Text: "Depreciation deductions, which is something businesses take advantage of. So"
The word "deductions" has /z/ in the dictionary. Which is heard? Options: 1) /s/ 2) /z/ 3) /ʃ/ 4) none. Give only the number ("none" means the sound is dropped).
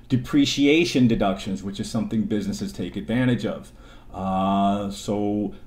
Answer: 2